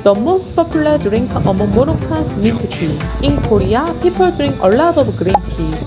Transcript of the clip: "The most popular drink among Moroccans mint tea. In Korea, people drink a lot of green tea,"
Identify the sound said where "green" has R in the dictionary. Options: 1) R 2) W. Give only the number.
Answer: 1